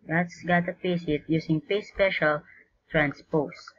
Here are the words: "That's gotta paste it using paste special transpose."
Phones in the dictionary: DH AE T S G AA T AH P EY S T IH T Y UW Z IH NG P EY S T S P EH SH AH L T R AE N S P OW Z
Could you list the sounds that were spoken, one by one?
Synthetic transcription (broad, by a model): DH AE T S G AA T AH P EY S IH T Y UW S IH NG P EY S S P EH SH AH L T R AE N S P OW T